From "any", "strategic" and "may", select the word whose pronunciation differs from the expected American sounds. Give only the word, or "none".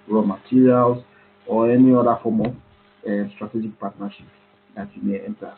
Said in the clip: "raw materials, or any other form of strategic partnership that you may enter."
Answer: none